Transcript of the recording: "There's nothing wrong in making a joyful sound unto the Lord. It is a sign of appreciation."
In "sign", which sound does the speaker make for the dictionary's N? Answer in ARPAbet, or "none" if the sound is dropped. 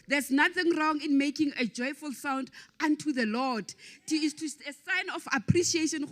N